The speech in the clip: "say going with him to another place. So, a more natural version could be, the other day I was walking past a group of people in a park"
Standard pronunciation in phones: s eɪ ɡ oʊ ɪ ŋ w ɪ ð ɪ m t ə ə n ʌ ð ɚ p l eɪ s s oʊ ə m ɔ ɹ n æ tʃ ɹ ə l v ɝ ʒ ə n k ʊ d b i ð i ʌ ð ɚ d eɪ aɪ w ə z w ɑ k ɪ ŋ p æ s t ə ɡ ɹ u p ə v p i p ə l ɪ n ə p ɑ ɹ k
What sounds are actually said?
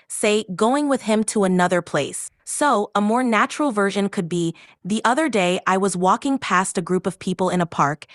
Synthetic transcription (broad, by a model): s eɪ ɡ oʊ ɪ ŋ w ɪ ð ɪ m t ə ə n ʌ ð ɚ p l eɪ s s oʊ ə m ɔ ɹ n æ tʃ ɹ l v ɝ ʒ ə n k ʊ d b i ð i ʌ ð ɚ d eɪ aɪ w ə z w ɑ k ɪ ŋ p æ s t ə ɡ ɹ u p ə v p i p l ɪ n ə p ɑ ɹ k